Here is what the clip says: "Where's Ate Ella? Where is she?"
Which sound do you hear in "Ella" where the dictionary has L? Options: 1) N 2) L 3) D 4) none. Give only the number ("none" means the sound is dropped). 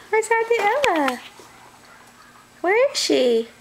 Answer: 4